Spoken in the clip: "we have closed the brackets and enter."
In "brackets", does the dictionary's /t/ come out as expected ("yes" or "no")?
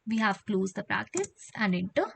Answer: no